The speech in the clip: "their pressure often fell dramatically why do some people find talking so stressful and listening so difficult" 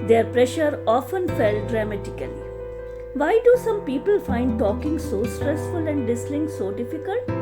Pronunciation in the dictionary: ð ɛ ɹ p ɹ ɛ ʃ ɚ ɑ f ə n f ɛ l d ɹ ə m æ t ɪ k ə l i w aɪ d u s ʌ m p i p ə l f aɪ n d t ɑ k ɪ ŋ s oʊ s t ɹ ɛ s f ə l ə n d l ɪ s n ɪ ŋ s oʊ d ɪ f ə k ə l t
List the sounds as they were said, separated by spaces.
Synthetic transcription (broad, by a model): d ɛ ɹ p ɹ ɛ ʃ ɚ ɑ f ə n f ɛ l d ɹ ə m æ t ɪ k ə l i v aɪ d u s ʌ m p i p ə l f aɪ n d t ɑ k ɪ ŋ s oʊ s t ɹ ɛ s f ə l ə n d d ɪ s l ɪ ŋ s oʊ d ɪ f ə k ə l t